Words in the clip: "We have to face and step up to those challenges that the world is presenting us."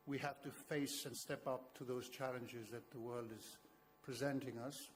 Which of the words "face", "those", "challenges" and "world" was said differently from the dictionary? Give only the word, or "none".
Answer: none